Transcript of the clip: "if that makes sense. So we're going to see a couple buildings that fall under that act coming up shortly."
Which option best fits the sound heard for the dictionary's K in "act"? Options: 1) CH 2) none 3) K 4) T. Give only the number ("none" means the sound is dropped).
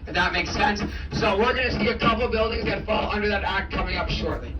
3